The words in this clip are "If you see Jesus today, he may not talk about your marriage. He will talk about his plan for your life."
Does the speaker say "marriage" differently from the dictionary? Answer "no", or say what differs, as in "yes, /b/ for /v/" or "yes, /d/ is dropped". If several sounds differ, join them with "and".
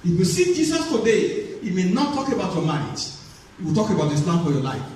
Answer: yes, /ɹ/ is dropped